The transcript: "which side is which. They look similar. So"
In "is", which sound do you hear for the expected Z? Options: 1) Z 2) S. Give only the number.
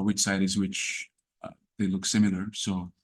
1